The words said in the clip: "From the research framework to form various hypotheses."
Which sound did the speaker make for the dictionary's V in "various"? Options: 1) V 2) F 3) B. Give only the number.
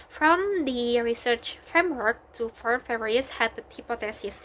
2